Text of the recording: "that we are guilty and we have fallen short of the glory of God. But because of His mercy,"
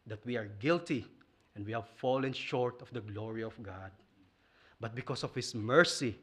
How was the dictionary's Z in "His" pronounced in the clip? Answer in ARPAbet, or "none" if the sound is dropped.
S